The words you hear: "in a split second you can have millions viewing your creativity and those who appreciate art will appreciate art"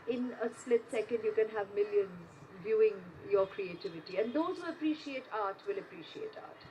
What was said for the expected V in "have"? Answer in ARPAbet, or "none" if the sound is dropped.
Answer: V